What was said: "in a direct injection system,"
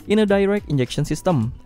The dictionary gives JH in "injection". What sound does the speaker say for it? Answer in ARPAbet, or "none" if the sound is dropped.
JH